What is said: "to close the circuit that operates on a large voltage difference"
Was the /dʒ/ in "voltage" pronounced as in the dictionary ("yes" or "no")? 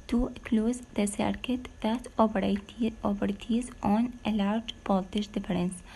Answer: no